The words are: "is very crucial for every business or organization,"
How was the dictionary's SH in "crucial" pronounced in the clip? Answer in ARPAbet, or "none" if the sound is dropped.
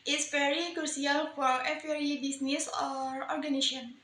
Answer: S